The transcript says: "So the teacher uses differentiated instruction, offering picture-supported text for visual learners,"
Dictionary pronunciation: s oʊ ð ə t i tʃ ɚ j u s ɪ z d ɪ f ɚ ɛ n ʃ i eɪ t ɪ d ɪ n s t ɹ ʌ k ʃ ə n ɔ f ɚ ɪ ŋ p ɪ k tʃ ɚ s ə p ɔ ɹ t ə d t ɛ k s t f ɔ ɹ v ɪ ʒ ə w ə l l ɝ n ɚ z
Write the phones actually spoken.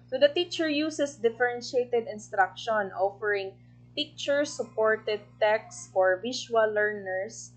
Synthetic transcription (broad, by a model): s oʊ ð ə t i tʃ ɚ j u s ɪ s d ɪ f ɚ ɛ n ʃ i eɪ t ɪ d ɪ n s t ɹ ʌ k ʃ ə n ɔ f ɚ ɪ ŋ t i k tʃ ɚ s ə p ɔ ɹ t ə d t ɛ k s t f ɔ ɹ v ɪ ʃ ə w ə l l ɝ n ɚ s